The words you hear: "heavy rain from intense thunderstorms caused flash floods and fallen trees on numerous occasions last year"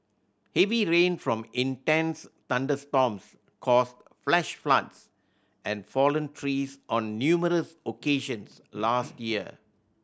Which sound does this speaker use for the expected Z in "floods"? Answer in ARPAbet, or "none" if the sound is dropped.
S